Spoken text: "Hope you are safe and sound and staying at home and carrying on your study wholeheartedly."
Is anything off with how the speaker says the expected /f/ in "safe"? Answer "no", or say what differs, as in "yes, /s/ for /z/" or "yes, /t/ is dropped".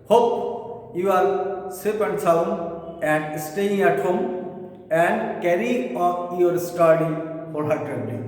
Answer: yes, /p/ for /f/